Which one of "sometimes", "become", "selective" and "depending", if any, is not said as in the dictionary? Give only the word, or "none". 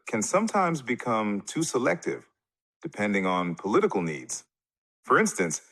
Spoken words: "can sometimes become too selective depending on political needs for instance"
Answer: none